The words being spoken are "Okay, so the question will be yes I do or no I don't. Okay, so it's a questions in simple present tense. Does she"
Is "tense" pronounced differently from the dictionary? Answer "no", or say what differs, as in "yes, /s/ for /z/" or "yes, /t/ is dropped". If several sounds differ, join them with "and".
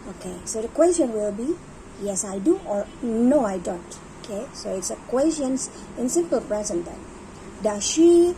yes, /s/ is dropped